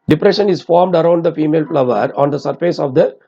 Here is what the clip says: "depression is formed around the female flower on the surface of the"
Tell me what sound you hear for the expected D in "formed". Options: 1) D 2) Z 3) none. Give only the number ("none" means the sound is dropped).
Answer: 1